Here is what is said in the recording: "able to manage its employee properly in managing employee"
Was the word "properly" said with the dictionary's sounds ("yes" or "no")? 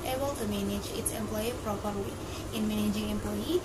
no